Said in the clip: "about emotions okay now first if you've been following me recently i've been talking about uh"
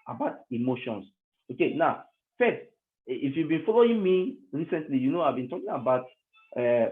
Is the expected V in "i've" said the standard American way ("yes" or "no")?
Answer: yes